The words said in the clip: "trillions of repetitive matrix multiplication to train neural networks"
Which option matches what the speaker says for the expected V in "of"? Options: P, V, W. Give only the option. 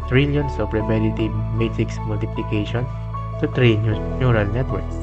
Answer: P